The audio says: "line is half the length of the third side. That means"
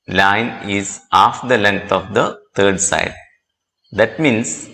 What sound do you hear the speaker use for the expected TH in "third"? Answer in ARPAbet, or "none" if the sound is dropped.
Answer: T